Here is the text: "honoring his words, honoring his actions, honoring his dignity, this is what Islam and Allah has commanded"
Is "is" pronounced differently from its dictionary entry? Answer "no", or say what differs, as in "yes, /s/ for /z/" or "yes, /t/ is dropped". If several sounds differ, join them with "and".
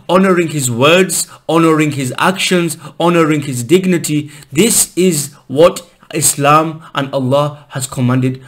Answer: no